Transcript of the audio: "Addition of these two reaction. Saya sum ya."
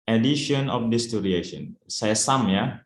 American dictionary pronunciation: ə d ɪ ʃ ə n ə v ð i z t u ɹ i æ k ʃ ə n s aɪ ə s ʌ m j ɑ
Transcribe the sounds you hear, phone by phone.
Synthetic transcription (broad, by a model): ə d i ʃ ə n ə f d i s t u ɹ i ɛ ʃ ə n s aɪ s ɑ m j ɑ